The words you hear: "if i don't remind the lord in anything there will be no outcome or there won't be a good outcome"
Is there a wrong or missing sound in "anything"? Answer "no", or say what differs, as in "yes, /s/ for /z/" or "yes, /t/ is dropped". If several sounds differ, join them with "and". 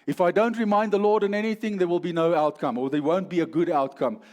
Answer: no